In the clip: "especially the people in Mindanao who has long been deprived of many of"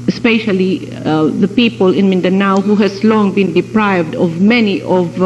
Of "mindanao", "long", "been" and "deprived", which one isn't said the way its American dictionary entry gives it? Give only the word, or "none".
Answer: none